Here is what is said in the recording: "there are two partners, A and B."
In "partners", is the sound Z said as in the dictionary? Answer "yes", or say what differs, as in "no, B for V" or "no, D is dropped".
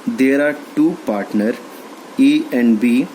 no, Z is dropped